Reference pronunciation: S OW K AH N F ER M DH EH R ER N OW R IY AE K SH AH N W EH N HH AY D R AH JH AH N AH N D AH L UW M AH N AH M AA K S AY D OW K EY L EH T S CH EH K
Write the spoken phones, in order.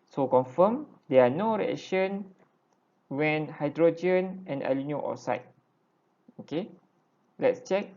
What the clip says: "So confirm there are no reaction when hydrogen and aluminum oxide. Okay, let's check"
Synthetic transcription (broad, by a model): S OW K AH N F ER M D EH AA N OW R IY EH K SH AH N W EH N HH AY D R AH JH AH N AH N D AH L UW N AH AH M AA S AY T OW K EY L EH T S CH EH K